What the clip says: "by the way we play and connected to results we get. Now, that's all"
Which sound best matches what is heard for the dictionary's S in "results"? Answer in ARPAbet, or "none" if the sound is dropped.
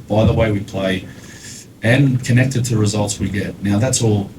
S